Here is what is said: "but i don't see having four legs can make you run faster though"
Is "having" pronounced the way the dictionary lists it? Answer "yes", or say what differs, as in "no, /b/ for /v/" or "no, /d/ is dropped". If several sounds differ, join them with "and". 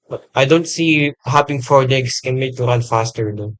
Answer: no, /p/ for /v/